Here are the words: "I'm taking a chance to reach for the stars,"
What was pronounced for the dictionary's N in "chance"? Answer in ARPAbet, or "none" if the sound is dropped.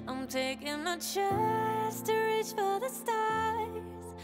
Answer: none